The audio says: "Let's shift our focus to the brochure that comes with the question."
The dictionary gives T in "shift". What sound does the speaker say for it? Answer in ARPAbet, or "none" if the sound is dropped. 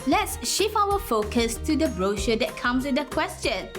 none